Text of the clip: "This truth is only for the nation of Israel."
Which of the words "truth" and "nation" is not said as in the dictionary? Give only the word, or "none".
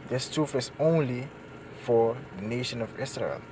truth